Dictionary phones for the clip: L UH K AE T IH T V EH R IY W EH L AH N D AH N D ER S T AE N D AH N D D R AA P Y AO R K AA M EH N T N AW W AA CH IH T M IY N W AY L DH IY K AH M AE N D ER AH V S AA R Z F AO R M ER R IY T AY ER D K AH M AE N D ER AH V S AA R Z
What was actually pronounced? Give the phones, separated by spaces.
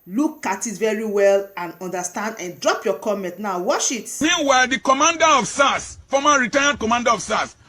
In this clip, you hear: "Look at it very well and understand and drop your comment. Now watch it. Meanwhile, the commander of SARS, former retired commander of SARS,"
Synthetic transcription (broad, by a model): L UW K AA T IH T V EH R IY W EH L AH N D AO N D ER S T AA N D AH N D D R AA P Y AO K AA M EH N T N AW W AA SH IH T M IY N W AY L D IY K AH M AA N D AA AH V S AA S F AO M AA R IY T AY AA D K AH M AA N D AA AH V S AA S